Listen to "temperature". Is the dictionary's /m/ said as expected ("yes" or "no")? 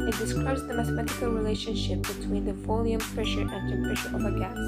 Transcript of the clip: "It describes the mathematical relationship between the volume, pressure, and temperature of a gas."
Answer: no